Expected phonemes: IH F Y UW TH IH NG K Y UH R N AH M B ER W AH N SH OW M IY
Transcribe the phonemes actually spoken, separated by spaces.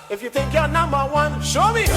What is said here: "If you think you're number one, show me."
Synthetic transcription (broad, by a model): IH F Y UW T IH K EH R N AH M B ER W AH N SH OW M IY